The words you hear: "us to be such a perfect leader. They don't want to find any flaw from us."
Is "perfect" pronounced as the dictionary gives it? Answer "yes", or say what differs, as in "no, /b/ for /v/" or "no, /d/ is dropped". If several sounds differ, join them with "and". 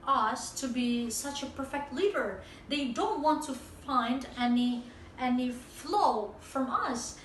yes